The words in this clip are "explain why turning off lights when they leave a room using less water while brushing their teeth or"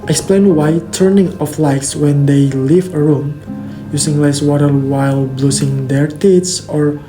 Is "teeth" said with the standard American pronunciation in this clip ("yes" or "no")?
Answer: no